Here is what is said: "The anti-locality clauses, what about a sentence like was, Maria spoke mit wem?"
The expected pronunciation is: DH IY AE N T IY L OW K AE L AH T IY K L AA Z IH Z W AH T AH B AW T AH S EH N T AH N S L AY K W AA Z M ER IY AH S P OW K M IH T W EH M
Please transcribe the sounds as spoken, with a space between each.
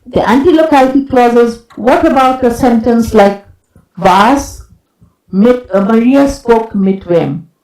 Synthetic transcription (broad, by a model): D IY AE N T IY L OW K AE L AH T IY K L AA Z IH Z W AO T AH B AW T AH S EH N T AH N S L AY K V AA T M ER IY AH S P OW K M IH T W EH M